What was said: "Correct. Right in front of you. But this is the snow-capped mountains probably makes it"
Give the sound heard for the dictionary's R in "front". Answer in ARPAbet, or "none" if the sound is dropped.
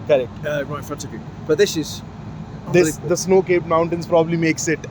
none